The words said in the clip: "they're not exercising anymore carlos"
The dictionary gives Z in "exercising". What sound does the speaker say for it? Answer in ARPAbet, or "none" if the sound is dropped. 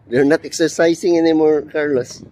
S